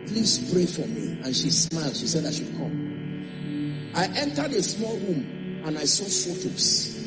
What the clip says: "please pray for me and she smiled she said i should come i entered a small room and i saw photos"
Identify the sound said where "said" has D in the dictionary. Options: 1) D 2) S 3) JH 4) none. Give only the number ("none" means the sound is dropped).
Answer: 1